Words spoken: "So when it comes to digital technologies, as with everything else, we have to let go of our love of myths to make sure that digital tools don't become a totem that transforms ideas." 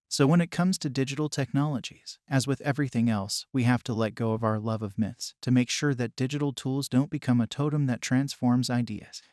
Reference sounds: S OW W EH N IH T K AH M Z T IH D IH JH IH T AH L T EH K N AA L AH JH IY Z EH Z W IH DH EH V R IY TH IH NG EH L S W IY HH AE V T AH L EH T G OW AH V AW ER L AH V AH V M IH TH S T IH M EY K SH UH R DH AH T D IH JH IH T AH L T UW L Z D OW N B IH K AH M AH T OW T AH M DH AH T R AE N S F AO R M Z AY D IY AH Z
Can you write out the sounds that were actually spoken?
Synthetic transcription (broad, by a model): S OW W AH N IH T K AH M Z T IH D IH JH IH T L T EH K N AA L AH JH IY Z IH Z W IH DH EH V R IY TH IH NG EH L S W IY HH AE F T AH L EH T G OW AH V AW ER L AH V AH V M IH TH S T IH M EY K SH UH R DH AH T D IH JH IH T L T UW L Z D OW N B IH K AH M AH T OW T AH M DH AH T R AE N S F AO R M Z AY D IY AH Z